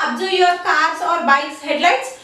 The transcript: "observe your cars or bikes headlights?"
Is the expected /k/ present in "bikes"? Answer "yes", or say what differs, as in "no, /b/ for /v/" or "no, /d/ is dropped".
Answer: no, /k/ is dropped